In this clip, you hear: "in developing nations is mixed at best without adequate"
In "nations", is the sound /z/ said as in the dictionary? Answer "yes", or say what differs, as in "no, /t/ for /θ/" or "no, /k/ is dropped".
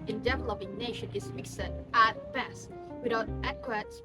no, /z/ is dropped